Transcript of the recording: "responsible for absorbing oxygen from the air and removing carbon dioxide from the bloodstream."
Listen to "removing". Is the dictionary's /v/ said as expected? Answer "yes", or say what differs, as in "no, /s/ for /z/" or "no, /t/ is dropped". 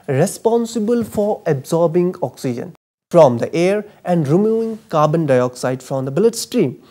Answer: no, /v/ is dropped